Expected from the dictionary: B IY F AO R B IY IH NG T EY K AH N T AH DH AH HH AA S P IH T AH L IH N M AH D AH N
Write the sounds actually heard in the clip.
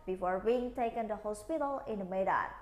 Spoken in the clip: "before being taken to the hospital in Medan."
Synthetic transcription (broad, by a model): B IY F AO R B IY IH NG T EY K AH N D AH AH HH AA S P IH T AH L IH N M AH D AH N